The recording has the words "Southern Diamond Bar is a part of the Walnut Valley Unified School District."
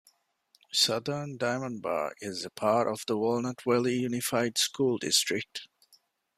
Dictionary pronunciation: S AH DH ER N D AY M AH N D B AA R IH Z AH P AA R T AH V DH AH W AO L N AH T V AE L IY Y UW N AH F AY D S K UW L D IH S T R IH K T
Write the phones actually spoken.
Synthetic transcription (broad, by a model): S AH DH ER N D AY M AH N B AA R IH Z AH P AA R T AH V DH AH W AO L N AH T W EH L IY Y UW N AH F AY D S K UW L D IH S T R IH K T